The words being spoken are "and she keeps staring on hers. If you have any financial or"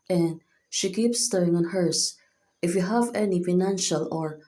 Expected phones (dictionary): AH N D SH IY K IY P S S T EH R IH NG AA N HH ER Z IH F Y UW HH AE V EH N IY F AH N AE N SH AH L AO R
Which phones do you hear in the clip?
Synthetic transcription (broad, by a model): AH N D SH IY K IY P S S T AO IH NG AA N HH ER S IH F Y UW HH AE V EH N IY F AH N AE N SH AH L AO R